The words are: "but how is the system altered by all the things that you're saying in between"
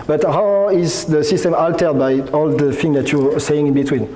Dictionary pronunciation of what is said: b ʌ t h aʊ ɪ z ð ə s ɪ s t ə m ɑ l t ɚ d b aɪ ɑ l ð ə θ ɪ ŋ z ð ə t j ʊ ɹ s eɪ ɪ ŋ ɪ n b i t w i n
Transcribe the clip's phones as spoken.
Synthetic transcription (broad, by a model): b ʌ t h aʊ ɪ z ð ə s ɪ s t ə m ɑ l t ɚ d b aɪ ɑ l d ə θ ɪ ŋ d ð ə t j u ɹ s eɪ ɪ ŋ ɪ n b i t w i n